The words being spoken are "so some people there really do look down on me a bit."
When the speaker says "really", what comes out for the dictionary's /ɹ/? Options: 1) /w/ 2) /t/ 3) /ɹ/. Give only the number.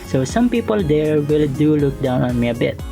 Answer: 1